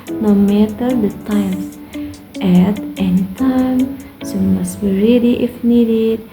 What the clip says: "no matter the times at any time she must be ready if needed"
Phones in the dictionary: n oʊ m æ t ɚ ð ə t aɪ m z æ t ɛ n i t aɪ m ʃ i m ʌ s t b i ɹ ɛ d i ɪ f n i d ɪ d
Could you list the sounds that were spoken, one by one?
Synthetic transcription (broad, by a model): n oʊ m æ t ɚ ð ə t aɪ m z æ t ɛ n i t aɪ m s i m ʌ s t b i ɹ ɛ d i ɪ f n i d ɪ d